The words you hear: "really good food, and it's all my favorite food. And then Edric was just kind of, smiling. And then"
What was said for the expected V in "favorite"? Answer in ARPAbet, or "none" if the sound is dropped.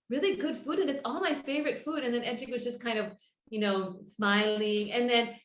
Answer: V